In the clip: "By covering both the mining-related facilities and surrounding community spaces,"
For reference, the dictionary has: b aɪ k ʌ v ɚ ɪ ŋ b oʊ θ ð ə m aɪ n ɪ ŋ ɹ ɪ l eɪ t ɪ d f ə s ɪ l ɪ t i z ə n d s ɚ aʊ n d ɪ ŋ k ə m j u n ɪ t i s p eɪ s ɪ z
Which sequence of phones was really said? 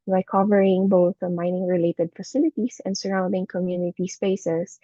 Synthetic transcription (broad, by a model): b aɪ k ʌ v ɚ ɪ ŋ b oʊ θ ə m aɪ n ɪ ŋ ɹ ɪ l eɪ t ɪ d f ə s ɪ l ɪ t i s ə n d s ɚ aʊ n d ɪ ŋ k ə m j u n ɪ t i s p eɪ s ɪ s